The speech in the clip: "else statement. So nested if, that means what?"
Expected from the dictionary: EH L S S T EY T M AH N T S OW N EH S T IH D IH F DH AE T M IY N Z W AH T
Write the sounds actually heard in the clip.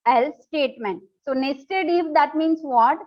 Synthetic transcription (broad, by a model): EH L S S T EY T M AH N T S OW N EH S T IH D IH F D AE T M IY N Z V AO T